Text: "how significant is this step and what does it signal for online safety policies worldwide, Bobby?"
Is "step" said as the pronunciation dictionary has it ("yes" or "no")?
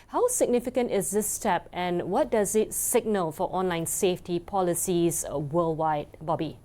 yes